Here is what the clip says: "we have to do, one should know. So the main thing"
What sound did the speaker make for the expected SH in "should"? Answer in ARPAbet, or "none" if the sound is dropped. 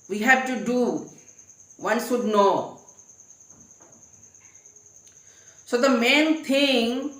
S